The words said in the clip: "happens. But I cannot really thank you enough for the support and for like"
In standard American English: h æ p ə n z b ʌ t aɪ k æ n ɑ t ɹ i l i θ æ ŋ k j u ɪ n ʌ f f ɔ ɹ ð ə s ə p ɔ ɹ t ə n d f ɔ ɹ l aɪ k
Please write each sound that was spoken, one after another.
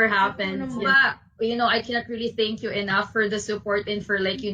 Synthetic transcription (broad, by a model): h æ p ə n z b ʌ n aɪ k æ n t ɹ i l i θ æ ŋ k j u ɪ n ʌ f f ɔ ɹ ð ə s ə p ɔ ɹ t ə n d f ɔ ɹ l aɪ k